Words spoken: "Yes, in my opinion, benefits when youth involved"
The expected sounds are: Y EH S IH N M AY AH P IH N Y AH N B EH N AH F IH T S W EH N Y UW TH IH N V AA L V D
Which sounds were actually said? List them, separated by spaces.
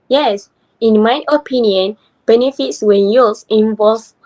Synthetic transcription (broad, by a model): Y EH S IH N M AY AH P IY N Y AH N B EH N AH F IH T S W EH N Y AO S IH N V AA L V